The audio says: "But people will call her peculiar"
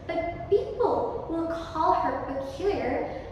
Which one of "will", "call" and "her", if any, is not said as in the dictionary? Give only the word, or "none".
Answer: will